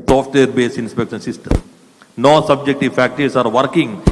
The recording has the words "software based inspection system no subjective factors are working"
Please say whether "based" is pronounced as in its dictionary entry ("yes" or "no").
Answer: no